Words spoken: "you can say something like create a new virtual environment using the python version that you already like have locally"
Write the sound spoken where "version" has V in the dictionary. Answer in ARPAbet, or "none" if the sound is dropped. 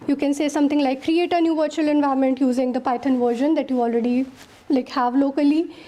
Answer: V